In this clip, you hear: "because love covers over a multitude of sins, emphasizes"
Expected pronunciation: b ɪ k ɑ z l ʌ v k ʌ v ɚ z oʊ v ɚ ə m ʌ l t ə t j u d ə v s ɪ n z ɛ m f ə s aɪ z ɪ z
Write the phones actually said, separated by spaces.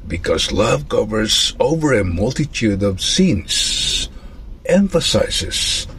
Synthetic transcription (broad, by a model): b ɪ k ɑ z l ʌ v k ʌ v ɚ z oʊ v ɚ ə m ʌ l t ə t j u d ə v s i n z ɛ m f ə s aɪ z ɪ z